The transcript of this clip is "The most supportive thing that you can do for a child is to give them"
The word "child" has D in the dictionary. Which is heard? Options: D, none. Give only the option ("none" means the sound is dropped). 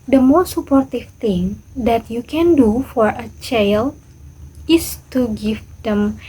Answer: none